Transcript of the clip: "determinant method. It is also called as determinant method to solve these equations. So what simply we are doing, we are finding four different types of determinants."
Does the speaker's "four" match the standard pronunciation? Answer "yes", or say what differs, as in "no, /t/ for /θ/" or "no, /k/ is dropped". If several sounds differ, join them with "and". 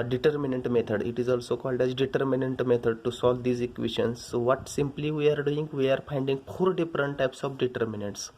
no, /p/ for /f/